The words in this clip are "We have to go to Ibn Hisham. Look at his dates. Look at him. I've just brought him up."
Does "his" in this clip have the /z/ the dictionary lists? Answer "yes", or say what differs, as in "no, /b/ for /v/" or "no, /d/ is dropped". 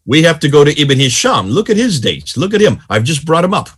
yes